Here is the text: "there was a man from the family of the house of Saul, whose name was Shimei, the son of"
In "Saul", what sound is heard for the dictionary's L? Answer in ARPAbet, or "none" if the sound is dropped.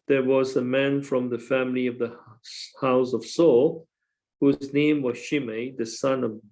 L